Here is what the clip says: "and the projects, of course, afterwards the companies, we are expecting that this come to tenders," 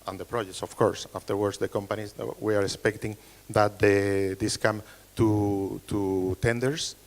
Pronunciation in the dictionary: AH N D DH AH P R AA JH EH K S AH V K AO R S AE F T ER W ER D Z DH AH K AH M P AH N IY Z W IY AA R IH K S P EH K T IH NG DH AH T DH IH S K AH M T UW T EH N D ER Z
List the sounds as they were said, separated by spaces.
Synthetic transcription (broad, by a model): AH N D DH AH P R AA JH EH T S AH F K AO R S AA F T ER W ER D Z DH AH K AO M P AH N IY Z W IY AA R IH K S P EH K T IH NG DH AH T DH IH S K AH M T UW T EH N D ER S